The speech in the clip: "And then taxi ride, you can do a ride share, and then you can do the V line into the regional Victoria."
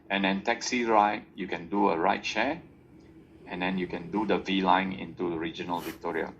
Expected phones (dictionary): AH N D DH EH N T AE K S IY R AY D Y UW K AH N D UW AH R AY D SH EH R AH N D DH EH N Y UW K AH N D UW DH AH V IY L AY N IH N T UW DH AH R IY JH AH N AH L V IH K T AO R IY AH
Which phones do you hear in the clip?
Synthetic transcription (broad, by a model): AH N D EH N T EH K S IY R AY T Y UW K AH N D UW AH R AY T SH EH AH N D EH N Y UW K AH N D UW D AH V IY L AY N IH N T UW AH R IY JH AH N AH L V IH K T AO R IY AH